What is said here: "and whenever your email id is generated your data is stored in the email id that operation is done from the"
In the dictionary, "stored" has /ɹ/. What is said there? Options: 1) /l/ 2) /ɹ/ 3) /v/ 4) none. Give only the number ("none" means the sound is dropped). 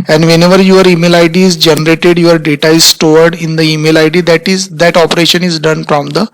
2